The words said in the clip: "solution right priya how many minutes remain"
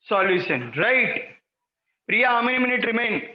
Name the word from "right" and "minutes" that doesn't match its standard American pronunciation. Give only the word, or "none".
minutes